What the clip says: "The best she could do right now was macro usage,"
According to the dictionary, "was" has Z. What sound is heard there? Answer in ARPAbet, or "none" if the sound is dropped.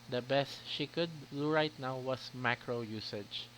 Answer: S